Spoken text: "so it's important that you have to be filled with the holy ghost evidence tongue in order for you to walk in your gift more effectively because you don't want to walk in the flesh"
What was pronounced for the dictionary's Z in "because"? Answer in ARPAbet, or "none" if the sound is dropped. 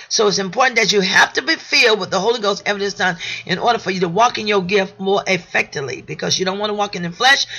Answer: Z